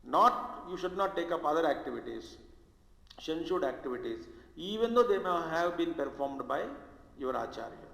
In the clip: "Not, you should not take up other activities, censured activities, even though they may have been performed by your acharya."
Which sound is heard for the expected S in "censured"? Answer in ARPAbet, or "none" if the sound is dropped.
SH